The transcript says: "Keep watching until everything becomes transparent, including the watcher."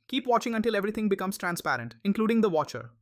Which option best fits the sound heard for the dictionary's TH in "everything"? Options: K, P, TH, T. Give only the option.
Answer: T